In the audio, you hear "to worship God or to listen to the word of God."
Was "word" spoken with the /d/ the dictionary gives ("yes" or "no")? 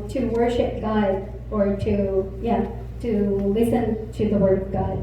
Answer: yes